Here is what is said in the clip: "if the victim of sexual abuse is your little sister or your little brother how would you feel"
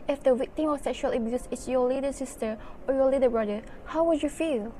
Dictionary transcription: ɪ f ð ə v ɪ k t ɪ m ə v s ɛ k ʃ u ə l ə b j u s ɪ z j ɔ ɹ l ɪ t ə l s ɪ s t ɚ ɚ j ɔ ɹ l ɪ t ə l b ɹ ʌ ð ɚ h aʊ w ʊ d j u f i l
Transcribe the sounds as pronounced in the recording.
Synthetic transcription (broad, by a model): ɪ f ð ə w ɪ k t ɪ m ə s ɛ k ʃ u ə l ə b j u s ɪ s j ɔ l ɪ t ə s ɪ s t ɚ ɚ j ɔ l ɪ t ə b ɹ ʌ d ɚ h aʊ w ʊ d j u f i l